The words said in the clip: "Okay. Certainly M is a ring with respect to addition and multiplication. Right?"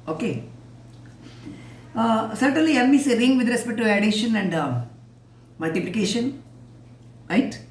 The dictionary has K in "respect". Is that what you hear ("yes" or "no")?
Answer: no